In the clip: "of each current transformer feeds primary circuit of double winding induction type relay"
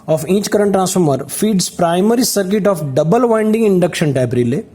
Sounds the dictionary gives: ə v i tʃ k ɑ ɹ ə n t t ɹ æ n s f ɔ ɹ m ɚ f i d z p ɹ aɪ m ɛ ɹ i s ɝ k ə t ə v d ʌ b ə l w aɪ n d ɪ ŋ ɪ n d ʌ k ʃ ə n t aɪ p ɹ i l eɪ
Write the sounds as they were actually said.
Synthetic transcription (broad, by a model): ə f i tʃ k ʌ ɹ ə n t t ɹ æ n s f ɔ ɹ m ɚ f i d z p ɹ aɪ m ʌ ɹ i s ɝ k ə t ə f d ʌ b ə l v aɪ n d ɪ ŋ ɪ n d ʌ k ʃ ə n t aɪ b ɹ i l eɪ